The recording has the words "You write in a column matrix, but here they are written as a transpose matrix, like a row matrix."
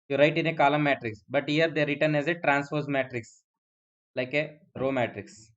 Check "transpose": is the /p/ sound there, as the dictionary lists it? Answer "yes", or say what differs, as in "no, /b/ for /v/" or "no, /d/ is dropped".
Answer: no, /f/ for /p/